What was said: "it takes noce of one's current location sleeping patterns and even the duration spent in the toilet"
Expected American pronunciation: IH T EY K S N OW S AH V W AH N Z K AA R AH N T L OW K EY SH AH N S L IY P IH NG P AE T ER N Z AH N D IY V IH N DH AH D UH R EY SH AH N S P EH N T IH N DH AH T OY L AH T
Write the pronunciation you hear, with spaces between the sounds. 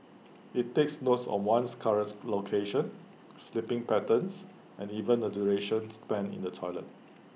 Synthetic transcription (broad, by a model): IH T EY K S N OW S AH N W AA N S K AA R AH N T L OW K EY SH AH N S L IY P IH NG P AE T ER N S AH N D IY V IH N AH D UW R EY SH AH N S P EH N IH N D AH T OY L AH T